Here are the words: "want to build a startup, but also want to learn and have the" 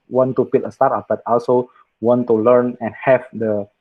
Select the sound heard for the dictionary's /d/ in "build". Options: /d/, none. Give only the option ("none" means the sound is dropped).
none